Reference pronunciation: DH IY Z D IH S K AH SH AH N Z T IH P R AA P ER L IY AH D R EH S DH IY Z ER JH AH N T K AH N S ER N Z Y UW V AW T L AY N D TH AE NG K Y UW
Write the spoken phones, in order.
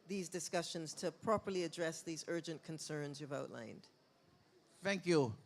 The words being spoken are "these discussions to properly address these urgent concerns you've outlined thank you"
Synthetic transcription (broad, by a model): DH IY Z D IH S K AH SH AH N Z T IH P R AA P ER L IY AH D R EH S DH IY Z ER JH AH N K AH N S ER N Z Y UW V AW T L AY N D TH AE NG K Y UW